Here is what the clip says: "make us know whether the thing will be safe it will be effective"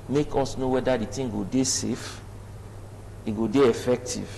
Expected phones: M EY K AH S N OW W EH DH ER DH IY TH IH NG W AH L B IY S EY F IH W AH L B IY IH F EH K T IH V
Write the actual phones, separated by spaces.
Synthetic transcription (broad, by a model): M EY K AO S N OW W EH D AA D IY T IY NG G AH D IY S EY F IH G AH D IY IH F EH K T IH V